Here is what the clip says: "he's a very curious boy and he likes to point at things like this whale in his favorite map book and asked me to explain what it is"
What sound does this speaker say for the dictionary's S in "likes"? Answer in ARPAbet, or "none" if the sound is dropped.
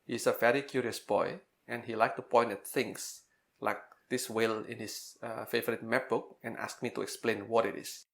none